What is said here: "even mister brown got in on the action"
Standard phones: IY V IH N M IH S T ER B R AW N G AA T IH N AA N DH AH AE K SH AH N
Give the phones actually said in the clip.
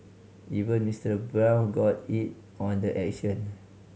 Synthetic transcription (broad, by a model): IY V IH N M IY S T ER B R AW L G AA T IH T AA N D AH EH K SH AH N